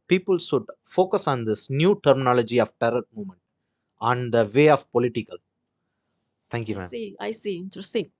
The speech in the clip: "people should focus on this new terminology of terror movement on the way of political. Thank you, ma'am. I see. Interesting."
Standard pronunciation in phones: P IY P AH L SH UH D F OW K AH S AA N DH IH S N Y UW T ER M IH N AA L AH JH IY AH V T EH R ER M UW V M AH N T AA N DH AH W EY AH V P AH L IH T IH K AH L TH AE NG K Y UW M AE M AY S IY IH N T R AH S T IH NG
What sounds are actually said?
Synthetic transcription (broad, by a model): P IY P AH L S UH D F OW K AH S AA N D IH S N Y UW T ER M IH N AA L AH JH IY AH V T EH R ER M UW M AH N T AA N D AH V EY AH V P AH L IH T IH K AH L T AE NG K Y UW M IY AY S IY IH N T R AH S T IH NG